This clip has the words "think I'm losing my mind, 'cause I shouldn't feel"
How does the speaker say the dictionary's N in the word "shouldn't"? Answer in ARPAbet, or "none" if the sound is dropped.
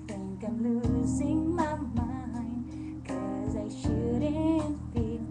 none